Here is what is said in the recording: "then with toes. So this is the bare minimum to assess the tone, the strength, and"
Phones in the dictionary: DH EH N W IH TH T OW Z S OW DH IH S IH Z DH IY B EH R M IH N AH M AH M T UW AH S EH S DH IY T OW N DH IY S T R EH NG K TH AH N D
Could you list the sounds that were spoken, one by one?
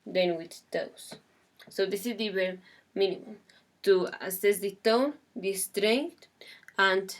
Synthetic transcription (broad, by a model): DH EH N W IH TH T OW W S OW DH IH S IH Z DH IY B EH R M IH N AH M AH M T UW AH S EH S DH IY T OW N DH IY S T R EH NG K T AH N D